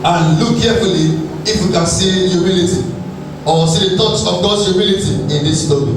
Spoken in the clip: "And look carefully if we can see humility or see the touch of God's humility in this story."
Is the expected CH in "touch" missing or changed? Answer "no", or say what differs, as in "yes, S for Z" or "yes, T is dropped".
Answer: yes, S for CH